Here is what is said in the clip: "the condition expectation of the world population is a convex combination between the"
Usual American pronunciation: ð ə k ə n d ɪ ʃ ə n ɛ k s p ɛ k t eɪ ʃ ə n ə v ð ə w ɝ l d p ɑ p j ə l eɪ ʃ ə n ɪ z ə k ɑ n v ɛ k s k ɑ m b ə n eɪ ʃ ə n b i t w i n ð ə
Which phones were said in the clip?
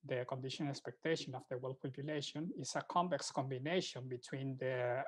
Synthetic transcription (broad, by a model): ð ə k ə n d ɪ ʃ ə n ɛ k s p ɛ k t eɪ ʃ ə n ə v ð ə w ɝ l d p ɑ p j ə l eɪ ʃ ə n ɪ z ə k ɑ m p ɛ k s k ɑ m b ə n eɪ ʃ ə n b i t w i n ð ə